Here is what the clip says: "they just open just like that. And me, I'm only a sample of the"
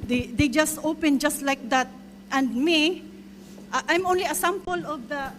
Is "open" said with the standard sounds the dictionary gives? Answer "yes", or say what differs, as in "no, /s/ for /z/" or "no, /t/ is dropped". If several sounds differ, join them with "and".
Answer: yes